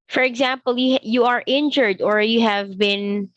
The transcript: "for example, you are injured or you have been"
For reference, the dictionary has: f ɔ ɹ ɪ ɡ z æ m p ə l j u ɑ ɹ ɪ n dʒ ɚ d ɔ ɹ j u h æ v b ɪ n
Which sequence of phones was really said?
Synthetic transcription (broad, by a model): f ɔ ɹ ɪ ɡ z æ m p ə l j u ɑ ɹ ɪ n dʒ ɚ d ɔ ɹ j u h æ v b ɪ n